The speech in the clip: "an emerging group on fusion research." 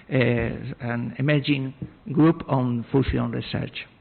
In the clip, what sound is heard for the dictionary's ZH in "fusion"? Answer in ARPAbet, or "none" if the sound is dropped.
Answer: S